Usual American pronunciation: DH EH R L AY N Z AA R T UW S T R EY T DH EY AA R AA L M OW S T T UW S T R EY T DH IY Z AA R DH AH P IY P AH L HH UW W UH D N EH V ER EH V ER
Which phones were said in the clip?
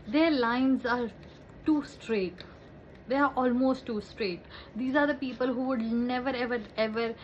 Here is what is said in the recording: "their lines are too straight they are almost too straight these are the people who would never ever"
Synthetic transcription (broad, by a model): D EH R L AY N Z AA R T UW S T R EY T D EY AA R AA L M OW S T T UW S T R EY T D IY Z AA R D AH P IY P AH L HH UW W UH D N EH V ER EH V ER